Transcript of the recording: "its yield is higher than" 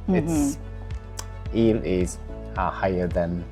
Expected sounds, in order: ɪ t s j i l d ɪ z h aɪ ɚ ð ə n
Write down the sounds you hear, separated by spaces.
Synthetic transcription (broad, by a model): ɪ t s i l ɪ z h aɪ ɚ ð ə n